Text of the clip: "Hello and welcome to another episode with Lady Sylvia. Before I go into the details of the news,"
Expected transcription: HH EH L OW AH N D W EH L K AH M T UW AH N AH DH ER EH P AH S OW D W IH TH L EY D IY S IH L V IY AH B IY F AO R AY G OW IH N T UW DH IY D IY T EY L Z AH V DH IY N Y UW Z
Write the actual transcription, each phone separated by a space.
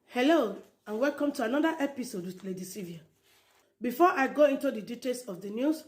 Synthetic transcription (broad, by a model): HH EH L OW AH N W EH L K AH M T UW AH N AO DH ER EH P AH S OW D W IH L EY D IY S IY V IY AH B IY F AO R AY G OW IH N T UW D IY D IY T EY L S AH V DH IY N Y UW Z